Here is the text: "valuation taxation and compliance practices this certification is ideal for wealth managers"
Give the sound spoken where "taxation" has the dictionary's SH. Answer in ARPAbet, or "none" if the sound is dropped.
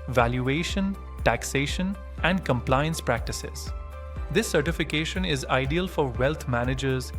SH